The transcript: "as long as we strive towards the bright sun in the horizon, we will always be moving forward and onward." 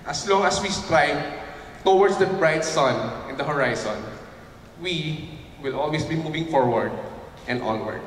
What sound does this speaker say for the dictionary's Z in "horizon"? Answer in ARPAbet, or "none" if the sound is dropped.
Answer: S